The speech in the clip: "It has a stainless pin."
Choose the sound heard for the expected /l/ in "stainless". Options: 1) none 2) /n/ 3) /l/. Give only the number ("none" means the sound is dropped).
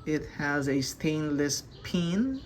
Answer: 3